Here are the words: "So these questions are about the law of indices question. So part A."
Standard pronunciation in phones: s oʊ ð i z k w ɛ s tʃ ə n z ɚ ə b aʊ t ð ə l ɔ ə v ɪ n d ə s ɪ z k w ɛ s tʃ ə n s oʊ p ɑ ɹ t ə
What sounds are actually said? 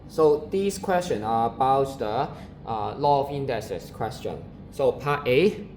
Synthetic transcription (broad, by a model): s oʊ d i s k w ɛ s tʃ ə n ɚ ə b aʊ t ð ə l ɔ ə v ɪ n d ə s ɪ s k w ɛ s tʃ ə n s oʊ p ɑ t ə